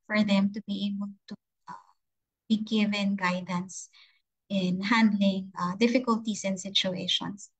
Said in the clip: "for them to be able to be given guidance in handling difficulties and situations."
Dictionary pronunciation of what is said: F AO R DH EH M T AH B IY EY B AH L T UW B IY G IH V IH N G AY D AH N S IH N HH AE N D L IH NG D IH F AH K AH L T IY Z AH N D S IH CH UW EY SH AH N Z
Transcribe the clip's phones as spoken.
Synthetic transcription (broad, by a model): F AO R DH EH M T AH B IY EY B AH L T UW B IY G IH V IH N G AY D AH N S IH N HH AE N D L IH NG D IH F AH K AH L T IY S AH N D S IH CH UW EY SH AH N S